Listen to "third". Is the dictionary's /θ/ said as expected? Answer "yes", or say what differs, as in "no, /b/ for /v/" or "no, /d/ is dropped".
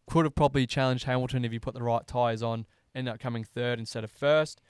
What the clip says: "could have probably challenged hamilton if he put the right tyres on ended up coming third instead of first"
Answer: yes